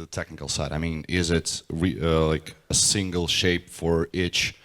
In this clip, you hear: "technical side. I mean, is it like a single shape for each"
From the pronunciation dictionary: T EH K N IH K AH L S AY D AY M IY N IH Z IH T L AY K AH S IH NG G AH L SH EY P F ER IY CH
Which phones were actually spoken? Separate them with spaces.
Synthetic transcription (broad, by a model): T EH K N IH K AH L S AY D AY M IY N IH Z IH T L AY K AH S IH NG G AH L SH EY P F ER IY CH